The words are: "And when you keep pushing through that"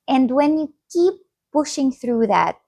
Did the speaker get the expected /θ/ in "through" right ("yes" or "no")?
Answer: yes